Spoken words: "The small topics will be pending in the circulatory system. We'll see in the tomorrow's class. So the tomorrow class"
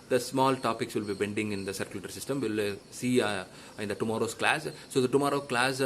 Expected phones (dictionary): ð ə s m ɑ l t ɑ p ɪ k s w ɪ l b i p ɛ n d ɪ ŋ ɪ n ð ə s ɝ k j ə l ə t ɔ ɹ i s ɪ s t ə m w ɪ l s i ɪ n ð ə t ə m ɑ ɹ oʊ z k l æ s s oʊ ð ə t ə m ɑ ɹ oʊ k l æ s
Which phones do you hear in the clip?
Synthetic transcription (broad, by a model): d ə s m ɑ l t ɑ p ɪ k s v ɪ l b i b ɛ n d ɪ ŋ ɪ n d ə s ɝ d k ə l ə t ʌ ɹ s ɪ s t ə m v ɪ l s i ɪ n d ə t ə m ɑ ɹ oʊ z k l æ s s oʊ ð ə t ə m ɑ ɹ oʊ k l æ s